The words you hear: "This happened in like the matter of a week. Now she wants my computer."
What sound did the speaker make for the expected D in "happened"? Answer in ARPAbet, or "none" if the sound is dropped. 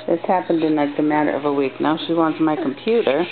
D